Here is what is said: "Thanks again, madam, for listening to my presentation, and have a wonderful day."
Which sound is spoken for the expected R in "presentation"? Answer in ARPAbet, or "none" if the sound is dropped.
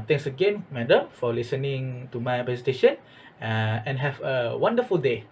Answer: none